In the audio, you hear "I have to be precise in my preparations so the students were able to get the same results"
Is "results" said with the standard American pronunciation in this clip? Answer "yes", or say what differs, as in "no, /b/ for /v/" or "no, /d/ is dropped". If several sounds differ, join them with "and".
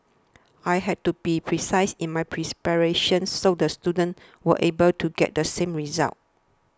no, /s/ is dropped